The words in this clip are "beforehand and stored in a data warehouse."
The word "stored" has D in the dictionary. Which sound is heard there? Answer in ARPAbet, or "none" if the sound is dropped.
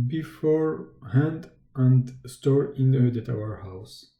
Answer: none